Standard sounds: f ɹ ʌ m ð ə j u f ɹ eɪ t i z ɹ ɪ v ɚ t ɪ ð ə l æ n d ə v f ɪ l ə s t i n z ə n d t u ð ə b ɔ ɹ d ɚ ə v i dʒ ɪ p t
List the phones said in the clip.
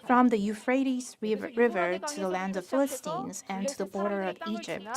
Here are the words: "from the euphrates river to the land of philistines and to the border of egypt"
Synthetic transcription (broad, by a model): f ɹ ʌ m ð ə j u f ɹ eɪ t i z ɹ ɪ v ɚ t ɪ ð ə l æ n d ə v f ɪ l ə s t i n z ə n t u ð ə b ɔ ɹ d ɚ ə v i dʒ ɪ p t